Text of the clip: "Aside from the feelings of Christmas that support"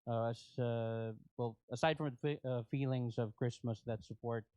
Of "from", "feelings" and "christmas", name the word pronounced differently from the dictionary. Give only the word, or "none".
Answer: none